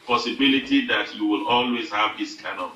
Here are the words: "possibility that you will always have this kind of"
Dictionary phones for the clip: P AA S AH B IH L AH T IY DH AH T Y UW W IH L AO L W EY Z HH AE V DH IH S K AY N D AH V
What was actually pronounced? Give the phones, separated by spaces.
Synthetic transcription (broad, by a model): P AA S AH B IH L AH T IY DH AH T Y UW W IH L AO L W EY Z HH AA V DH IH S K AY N AH